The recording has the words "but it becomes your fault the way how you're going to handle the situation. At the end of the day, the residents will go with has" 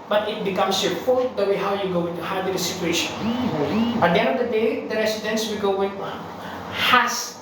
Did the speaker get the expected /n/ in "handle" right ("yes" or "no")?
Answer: no